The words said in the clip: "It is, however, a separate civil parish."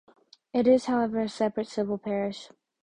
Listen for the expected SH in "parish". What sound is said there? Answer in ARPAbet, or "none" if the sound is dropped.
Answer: SH